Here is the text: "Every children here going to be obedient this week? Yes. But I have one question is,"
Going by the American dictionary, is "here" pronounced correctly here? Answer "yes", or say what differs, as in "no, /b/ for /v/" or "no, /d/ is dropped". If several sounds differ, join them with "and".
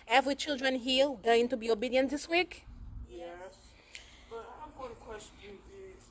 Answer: no, /l/ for /ɹ/